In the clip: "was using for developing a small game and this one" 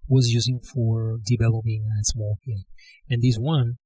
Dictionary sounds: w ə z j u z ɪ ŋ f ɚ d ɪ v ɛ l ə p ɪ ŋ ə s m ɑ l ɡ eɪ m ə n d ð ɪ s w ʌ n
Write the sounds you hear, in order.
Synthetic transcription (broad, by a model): w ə z j u z ɪ ŋ f ɚ d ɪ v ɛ l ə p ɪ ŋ ə s m ɑ l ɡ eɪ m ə n ð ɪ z w ʌ n